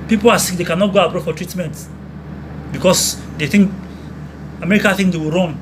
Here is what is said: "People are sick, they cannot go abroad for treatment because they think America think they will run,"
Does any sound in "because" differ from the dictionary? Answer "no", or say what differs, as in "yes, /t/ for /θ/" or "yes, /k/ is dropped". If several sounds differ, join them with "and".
yes, /s/ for /z/